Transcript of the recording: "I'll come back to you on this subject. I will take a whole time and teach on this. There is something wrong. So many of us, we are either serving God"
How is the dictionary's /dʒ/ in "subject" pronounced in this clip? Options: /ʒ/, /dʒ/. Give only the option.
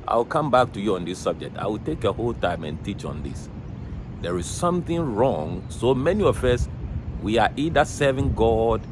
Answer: /dʒ/